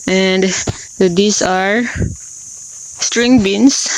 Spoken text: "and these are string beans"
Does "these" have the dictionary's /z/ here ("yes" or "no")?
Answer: no